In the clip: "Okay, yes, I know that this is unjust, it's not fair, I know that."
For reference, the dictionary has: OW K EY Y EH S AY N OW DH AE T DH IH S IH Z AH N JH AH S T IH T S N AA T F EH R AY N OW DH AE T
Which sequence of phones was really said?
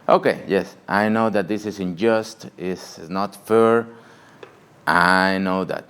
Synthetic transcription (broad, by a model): OW K EY Y EH S AY N OW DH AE T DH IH S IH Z AH N JH AH S T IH S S N AA T F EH R AY N OW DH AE T